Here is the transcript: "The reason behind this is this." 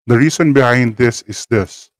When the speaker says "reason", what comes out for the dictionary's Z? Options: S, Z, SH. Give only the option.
S